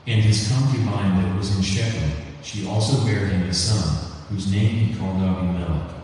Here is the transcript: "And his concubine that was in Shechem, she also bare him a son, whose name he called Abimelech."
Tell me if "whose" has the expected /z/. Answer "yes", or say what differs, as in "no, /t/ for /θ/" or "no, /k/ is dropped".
yes